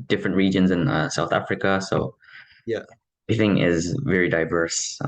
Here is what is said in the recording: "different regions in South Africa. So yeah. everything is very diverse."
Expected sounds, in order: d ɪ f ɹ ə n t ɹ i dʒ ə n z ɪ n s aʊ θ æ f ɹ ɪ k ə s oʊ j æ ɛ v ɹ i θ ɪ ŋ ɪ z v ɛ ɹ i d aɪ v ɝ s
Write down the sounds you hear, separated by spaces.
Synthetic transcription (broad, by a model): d ɪ f ɹ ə n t ɹ i dʒ ə n z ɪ n s aʊ θ æ f ɹ ɪ k ə s oʊ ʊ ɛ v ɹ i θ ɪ ŋ ɪ z v ɛ ɹ i d aɪ v ɝ s